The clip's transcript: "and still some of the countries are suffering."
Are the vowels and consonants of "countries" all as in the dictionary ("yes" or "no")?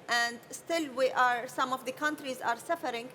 yes